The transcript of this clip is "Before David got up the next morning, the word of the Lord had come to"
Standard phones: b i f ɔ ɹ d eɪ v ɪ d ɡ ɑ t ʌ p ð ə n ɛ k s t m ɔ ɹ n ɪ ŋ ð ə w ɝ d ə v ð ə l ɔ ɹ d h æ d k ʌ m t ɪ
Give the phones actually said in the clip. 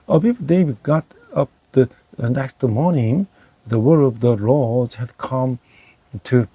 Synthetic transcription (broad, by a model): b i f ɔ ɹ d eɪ w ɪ ɡ ɑ t ʌ p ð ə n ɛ k s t m ɔ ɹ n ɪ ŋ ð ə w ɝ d ə v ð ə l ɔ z h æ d k ʌ m t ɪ